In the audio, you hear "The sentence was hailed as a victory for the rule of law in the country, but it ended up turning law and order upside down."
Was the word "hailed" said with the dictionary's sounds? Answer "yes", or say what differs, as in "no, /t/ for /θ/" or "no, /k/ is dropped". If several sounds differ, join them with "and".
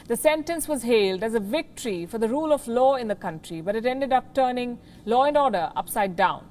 yes